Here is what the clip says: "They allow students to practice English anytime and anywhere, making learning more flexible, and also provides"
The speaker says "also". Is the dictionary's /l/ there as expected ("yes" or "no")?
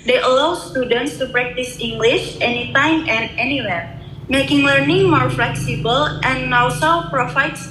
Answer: no